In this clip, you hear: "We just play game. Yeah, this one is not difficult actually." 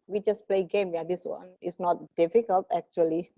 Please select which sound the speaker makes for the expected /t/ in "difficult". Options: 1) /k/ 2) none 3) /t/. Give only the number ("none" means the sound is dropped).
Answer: 3